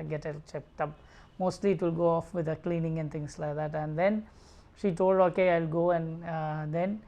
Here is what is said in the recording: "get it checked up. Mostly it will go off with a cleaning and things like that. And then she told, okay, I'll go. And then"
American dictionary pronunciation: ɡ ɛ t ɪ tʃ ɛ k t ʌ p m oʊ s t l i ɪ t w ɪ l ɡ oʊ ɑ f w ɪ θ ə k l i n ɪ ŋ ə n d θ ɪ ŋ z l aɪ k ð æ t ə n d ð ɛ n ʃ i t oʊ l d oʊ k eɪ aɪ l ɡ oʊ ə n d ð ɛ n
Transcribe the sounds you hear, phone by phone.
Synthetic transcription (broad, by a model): ɡ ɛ t ɪ tʃ ɛ k t ʌ p m oʊ s t l i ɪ t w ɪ l ɡ oʊ ɑ f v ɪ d ə k l i n ɪ ŋ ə n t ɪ ŋ s l aɪ k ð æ t ə n d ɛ n ʃ i t oʊ l d oʊ k eɪ aɪ l ɡ oʊ ə n d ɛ n